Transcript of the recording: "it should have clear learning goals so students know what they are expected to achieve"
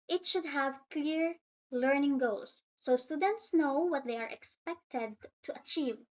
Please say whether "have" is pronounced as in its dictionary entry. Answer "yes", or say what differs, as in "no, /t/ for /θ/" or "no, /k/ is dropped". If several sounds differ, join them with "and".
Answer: yes